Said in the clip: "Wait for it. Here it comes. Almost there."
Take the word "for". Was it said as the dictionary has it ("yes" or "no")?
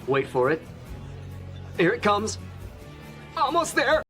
yes